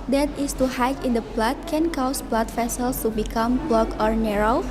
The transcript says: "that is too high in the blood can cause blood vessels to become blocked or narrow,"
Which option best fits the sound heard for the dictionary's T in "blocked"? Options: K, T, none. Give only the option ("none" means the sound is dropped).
none